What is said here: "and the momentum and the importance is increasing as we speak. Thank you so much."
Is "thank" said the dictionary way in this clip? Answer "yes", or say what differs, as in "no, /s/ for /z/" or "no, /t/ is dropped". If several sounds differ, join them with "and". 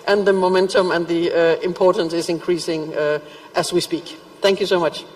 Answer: yes